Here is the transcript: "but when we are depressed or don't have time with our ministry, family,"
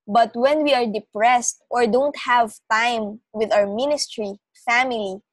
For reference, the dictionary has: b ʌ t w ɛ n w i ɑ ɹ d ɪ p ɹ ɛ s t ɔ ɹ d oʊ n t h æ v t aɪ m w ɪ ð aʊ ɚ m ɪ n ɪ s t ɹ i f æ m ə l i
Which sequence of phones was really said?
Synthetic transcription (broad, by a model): b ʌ t w ɛ n w i ɑ ɹ d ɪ p ɹ ɛ s t ɔ ɹ d oʊ n t h æ v t aɪ m w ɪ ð aʊ ɚ m ɪ n ɪ s t ɹ i f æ m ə l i